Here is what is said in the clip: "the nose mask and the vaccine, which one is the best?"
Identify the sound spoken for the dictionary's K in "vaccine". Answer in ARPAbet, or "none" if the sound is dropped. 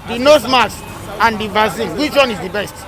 none